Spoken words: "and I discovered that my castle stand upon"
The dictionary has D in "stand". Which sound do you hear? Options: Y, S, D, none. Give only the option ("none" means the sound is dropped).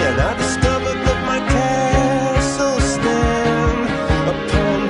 none